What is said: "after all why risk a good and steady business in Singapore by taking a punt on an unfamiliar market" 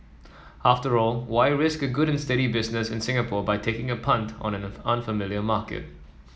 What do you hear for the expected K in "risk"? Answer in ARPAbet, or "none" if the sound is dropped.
K